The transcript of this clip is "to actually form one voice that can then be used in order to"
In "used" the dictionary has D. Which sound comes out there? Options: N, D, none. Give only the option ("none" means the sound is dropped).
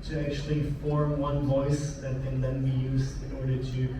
none